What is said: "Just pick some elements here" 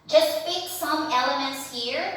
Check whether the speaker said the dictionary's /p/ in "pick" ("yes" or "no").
no